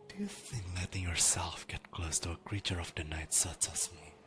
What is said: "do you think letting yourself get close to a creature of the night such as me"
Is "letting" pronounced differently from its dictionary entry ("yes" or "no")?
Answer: no